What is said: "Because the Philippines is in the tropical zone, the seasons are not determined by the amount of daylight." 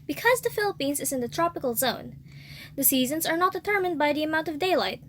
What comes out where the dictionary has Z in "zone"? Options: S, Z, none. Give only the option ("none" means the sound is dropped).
Z